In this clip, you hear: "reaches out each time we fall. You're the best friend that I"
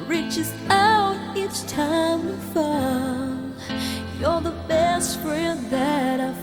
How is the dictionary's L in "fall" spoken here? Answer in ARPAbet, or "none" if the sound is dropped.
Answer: N